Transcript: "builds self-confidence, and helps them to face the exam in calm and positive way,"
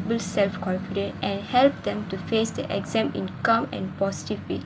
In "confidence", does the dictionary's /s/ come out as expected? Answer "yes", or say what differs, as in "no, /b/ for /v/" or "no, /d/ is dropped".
no, /s/ is dropped